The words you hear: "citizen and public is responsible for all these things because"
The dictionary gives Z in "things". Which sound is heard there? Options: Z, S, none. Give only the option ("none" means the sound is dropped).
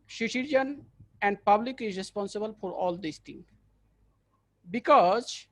none